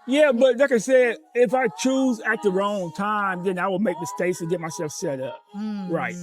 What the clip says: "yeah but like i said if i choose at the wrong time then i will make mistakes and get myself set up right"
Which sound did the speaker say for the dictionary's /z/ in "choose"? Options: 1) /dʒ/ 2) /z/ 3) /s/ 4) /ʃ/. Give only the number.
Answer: 2